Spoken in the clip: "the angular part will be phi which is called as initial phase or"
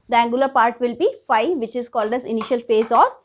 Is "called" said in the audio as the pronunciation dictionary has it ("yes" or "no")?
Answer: yes